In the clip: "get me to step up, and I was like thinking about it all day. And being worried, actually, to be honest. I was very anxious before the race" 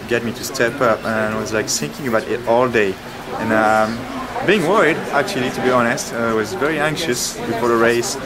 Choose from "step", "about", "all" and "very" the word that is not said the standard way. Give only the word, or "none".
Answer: none